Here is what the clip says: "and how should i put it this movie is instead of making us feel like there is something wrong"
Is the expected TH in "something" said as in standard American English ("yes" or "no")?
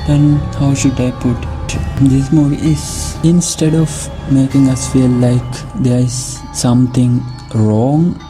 no